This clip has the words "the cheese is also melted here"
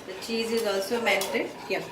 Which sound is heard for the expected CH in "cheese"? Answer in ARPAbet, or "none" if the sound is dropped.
CH